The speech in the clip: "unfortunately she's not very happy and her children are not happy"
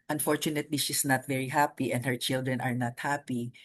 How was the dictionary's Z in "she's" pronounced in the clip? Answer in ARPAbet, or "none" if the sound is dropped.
S